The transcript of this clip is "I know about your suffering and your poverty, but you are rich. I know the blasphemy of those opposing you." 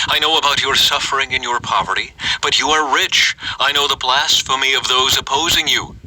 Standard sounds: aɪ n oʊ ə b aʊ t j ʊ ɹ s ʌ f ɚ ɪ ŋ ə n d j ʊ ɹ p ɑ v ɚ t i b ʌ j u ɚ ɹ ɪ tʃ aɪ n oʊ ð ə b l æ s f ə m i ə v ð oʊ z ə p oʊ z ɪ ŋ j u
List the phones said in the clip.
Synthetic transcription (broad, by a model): aɪ n oʊ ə b aʊ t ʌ ɹ s ʌ f ɚ ɪ ŋ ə n j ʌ ɹ p ɑ v ɚ t i b ʌ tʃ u ɚ ɹ ɪ tʃ aɪ n oʊ ð ə b l æ s f ə m i ə v ð oʊ z ə p oʊ z ɪ ŋ j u